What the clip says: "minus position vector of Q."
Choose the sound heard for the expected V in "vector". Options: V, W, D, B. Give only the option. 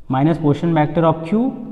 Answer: B